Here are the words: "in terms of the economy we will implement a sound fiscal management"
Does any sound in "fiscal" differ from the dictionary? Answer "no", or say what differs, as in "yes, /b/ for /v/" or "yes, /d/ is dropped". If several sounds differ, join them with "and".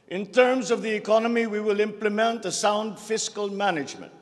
no